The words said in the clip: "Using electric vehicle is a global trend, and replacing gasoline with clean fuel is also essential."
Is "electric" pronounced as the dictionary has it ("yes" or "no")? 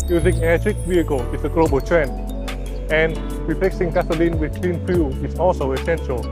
no